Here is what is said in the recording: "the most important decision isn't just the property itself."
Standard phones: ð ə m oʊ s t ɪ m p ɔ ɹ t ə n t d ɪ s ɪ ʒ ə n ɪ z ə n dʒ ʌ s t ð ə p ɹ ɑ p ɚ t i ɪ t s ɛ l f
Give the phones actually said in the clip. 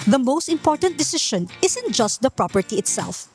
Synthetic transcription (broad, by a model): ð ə m oʊ s t ɪ m p ɔ ɹ t ə n t d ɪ s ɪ ʃ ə n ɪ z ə n dʒ ʌ s t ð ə p ɹ ɑ p ɚ t i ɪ t s ɛ l f